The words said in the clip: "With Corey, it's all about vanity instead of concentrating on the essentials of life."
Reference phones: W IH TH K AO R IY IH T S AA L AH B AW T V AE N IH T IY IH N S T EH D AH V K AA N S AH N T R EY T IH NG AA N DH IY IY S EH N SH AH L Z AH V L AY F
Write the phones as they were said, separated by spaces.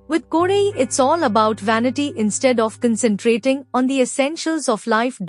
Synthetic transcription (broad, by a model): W IH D K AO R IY IH T S AA L AH B AW T V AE N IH T IY IH N S T EH D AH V K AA N S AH N T R EY T IH NG AA N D IY IY S EH N SH AH L Z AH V L AY F